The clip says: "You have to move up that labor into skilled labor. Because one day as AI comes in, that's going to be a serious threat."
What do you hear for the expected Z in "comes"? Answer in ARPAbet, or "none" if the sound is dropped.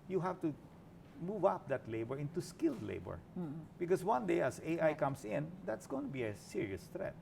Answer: S